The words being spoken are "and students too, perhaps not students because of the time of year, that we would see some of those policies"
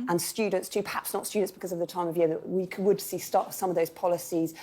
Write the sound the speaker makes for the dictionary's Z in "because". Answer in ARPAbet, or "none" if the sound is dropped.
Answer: Z